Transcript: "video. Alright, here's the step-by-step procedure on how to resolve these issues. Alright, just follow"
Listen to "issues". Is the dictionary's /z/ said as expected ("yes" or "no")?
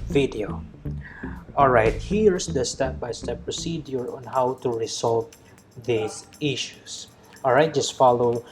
no